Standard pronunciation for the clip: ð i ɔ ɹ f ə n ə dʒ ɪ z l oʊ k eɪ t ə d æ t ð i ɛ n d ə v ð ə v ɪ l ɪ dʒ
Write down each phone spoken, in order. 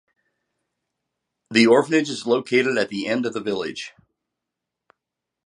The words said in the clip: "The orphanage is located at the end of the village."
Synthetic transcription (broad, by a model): ð i ɔ ɹ f ə n ə dʒ ɪ z l oʊ k eɪ t ə d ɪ t ð i ɛ n d ə v ð ə v ɪ l ɪ dʒ